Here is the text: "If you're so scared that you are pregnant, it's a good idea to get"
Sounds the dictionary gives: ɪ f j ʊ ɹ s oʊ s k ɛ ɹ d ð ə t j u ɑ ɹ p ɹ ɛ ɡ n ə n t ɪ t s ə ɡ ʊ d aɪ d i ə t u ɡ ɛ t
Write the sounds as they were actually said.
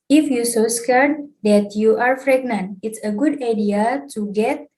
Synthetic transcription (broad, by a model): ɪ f j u s oʊ s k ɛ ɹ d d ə t j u ɑ ɹ f ɹ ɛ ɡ n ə n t ɪ t s ə ɡ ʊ d aɪ d i ə t u ɡ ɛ t